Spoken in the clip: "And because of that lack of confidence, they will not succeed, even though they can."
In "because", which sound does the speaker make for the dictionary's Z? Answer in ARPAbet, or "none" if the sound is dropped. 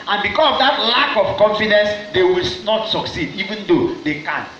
S